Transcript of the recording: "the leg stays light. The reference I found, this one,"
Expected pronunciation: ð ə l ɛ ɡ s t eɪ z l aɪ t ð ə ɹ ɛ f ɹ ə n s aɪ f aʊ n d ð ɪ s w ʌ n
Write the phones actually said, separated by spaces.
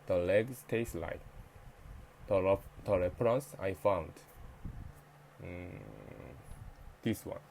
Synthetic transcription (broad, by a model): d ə l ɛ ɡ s t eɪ s l aɪ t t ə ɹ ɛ p ɹ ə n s aɪ f aʊ n d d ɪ s w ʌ n